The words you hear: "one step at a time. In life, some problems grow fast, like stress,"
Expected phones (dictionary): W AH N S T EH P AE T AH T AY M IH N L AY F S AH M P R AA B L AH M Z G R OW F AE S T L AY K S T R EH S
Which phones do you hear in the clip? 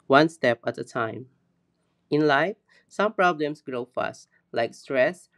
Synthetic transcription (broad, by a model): W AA N S T EH P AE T AH T AY M IH N L AY F S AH M P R AA B L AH M S G R OW F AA S T L AY K S T R EH S